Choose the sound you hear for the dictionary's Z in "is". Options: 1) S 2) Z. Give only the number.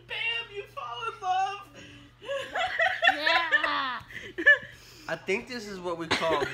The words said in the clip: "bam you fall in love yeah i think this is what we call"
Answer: 2